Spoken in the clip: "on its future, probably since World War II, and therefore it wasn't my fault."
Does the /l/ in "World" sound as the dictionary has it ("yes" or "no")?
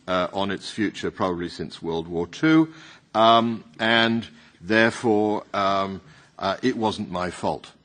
yes